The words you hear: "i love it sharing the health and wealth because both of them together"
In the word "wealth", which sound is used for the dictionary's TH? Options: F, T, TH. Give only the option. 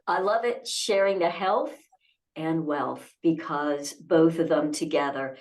TH